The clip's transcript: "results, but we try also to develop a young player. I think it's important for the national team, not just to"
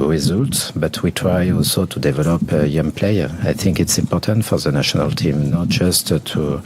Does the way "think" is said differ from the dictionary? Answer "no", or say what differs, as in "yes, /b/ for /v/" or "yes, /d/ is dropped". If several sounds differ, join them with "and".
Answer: no